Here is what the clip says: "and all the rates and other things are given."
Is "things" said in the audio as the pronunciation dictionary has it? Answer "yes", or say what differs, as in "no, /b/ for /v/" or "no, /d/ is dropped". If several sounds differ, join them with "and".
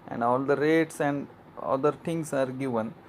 no, /t/ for /θ/